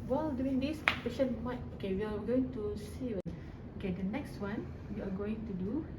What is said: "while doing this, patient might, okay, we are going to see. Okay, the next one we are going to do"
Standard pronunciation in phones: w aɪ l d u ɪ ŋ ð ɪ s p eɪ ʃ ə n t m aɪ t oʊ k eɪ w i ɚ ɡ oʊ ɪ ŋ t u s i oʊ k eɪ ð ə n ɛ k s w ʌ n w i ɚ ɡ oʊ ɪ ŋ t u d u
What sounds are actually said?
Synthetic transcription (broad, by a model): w aɪ l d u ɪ ŋ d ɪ s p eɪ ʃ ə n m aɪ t oʊ k eɪ w i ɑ ɡ oʊ ɪ ŋ t u s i oʊ k eɪ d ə n ɛ k s w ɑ n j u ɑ ɡ oʊ ɪ ŋ t u d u